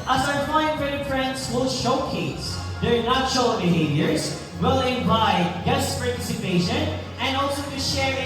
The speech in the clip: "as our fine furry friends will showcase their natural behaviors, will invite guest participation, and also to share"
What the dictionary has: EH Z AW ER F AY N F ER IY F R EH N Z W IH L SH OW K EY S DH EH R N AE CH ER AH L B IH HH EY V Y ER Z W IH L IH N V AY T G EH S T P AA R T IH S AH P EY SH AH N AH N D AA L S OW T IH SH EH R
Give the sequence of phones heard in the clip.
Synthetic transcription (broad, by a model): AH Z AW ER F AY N P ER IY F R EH N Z W IH L SH OW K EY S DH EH R N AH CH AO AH B IH HH EY V Y ER Z W IH L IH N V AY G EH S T P AA R T IH S AH P EY SH AH N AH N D AA L S OW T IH SH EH R